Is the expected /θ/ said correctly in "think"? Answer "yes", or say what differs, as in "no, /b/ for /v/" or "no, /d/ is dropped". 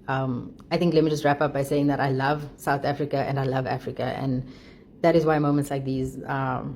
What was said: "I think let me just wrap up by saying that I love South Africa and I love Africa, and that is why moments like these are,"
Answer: no, /t/ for /θ/